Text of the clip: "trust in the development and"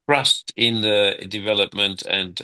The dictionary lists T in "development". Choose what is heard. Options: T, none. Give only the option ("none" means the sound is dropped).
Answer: T